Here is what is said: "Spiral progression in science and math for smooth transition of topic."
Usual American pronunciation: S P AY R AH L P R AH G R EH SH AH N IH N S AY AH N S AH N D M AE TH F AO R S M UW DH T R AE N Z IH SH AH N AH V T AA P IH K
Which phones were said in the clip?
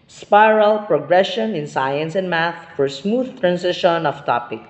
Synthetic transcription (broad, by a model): S P AY R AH L P R AH G R EH SH AH N IH N S AY AH N S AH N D M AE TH F AO R S M UW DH T R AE N S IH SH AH N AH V T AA P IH K